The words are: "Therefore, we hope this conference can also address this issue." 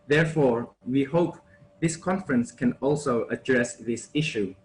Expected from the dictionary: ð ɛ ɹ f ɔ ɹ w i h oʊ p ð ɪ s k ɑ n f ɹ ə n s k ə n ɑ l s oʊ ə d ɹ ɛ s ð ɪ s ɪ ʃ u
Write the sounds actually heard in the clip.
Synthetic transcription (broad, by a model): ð ɛ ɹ f ɔ ɹ w i h oʊ p ð ɪ s k ɑ n f ɹ ə n s k ə n ɑ l s oʊ ə d ɹ ɛ s ð ɪ s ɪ ʃ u